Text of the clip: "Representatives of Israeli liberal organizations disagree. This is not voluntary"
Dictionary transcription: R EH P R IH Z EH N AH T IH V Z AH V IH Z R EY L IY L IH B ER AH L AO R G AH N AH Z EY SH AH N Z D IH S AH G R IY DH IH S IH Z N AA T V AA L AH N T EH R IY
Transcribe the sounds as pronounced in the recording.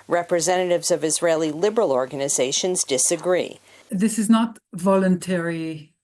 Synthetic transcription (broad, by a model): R EH P R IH Z EH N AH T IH V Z AH V IH Z R EY L IY L IH B ER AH L AO R G AH N AH Z EY SH AH N Z D IH S AH G R IY DH IH S IH Z N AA T V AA L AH N T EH R IY